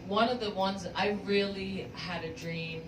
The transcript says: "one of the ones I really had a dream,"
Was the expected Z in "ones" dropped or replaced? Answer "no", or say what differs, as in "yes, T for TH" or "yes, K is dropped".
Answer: no